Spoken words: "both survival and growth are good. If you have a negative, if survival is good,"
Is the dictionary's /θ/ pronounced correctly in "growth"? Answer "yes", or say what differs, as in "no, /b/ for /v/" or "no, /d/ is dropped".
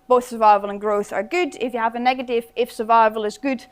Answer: yes